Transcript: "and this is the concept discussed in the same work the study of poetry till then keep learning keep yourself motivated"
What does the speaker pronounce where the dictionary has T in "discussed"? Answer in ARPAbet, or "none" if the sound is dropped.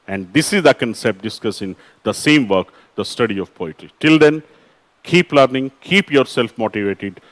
none